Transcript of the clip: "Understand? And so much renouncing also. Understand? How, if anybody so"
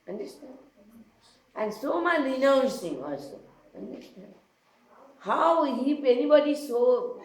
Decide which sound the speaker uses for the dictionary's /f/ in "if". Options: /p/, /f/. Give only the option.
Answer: /p/